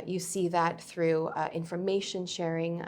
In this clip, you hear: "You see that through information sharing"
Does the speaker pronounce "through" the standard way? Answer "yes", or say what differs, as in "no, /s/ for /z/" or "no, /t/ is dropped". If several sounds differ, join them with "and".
yes